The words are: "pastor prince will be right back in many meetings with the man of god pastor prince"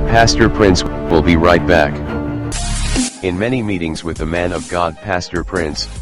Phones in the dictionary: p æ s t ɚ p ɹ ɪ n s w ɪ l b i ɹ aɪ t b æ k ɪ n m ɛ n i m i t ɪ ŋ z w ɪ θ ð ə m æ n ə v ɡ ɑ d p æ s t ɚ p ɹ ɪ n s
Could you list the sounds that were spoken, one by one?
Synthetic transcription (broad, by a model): p æ s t ɚ p ɹ ɪ n s w ɪ l b i ɹ aɪ t b æ k ɪ n m ɛ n i m i t ɪ ŋ z w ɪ ð ə m æ n ə v ɡ ɑ d p æ s t ɚ p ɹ ɪ n s